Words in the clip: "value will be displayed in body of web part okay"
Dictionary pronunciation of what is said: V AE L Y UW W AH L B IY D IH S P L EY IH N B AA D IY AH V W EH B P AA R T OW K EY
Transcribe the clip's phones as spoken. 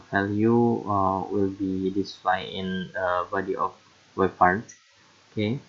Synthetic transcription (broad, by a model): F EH L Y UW W AH L B IY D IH S L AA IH N B AA D IY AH F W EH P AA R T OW K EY